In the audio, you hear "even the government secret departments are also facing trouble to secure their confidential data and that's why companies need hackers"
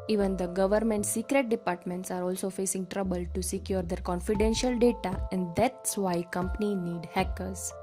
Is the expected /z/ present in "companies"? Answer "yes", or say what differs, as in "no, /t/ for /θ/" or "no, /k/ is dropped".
no, /z/ is dropped